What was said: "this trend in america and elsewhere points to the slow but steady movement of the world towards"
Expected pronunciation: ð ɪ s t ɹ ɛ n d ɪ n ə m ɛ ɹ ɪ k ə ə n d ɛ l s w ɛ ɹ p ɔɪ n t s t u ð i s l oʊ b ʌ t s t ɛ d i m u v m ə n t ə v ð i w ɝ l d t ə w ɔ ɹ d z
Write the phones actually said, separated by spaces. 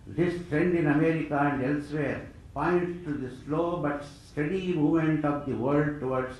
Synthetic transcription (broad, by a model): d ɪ s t ɹ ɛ n d ɪ n ə m ɛ ɹ ɪ k ə ə n d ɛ l s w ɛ ɹ p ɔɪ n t t u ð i s l oʊ b ʌ t s t ɛ d i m u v m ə n t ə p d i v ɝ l d t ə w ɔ ɹ d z